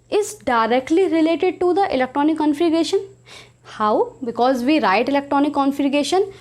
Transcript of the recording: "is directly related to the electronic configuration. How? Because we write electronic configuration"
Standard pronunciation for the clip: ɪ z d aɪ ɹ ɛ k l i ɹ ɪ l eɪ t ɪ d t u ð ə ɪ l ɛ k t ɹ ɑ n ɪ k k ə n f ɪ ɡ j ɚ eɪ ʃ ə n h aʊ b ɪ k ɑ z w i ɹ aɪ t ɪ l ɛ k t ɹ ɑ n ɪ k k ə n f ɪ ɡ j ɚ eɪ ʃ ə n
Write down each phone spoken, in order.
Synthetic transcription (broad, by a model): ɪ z d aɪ ɹ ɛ k l i ɹ ɪ l eɪ t ɪ d t u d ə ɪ l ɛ k t ɹ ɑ n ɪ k k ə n f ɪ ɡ eɪ ʃ ə n h aʊ b ɪ k ɑ z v i ɹ aɪ t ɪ l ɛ k t ɹ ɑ n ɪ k k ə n f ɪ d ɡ eɪ ʃ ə n